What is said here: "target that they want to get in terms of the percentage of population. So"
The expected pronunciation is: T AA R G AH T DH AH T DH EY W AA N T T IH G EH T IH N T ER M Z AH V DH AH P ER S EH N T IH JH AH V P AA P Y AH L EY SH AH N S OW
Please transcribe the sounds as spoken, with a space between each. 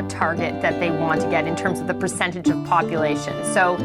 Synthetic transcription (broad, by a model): T AA R G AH T DH AH T DH EY W AA N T T IH G EH T IH N T ER M Z AH V DH AH P ER S EH N T IH JH AH V P AA P Y AH L EY SH AH N S OW